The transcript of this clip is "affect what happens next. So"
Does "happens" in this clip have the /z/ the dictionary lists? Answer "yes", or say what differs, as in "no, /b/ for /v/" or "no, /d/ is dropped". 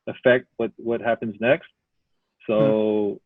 yes